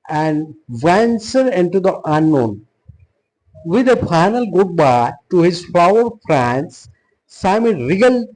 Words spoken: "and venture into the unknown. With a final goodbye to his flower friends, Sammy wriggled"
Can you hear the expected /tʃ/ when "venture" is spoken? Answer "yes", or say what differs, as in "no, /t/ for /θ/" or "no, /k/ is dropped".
no, /s/ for /tʃ/